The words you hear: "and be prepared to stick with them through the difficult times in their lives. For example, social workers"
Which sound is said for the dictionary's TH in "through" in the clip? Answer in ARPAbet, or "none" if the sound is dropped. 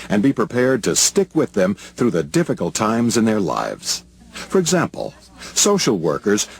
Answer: TH